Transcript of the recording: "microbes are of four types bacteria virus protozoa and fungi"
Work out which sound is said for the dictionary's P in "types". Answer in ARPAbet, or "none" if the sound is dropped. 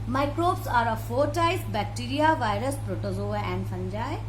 none